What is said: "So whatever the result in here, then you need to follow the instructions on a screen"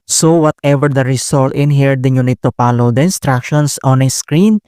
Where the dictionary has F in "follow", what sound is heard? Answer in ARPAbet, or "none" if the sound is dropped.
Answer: P